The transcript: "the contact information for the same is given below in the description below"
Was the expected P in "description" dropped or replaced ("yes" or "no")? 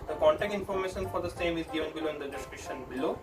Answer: yes